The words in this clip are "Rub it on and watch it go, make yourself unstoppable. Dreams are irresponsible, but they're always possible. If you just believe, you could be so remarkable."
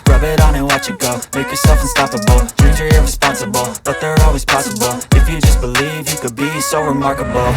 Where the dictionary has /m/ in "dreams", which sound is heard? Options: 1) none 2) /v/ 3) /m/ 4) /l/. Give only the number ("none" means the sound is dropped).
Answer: 1